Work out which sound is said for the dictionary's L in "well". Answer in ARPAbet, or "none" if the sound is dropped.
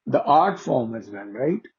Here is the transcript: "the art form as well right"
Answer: N